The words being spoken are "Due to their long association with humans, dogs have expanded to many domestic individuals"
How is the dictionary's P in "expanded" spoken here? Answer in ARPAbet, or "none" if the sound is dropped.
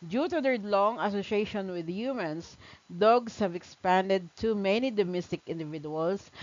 P